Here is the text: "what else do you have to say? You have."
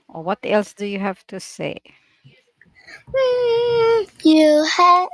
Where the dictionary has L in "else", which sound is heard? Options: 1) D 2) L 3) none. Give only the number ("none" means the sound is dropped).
2